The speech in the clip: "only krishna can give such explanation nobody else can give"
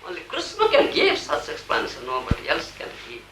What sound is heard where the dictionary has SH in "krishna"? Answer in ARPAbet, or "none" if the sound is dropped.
S